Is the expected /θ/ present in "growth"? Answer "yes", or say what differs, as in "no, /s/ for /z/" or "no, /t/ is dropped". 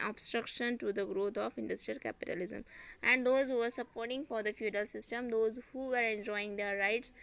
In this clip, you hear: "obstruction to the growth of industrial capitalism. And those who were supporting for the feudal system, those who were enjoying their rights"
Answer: no, /t/ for /θ/